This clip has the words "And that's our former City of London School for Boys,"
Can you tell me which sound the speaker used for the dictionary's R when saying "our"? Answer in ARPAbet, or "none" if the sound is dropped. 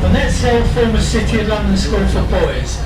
L